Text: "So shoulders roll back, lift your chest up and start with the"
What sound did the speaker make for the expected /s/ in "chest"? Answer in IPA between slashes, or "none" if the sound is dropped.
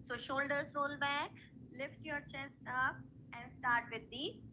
/s/